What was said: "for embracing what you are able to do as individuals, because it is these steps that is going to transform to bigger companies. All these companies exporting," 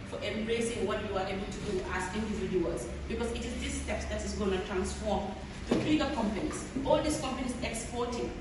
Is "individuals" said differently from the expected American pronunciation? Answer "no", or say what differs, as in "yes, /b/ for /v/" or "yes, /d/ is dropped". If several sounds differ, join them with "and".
yes, /l/ is dropped